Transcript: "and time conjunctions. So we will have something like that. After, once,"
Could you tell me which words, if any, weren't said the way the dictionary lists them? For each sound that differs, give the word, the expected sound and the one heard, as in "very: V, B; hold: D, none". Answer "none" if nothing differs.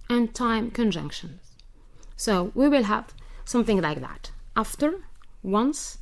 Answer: none